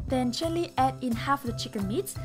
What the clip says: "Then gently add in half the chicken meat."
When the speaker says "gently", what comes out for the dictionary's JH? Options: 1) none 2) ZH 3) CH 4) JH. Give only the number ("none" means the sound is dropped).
3